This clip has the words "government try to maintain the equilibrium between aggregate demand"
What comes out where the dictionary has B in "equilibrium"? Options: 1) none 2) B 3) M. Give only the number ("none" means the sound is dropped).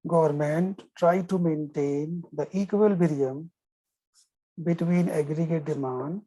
1